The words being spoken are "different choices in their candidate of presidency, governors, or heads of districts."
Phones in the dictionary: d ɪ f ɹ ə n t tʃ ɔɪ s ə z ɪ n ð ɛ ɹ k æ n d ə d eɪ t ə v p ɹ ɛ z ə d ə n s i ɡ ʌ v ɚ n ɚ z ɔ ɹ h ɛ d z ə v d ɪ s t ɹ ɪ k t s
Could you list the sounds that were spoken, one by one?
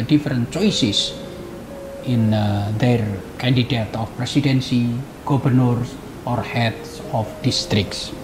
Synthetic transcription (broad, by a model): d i f ɹ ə n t tʃ ɔɪ s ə s ɪ n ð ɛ ɹ k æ n d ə d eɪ t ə f p ɹ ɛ s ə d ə n s i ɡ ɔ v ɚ n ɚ s ɔ ɹ h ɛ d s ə f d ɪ s t ɹ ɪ k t s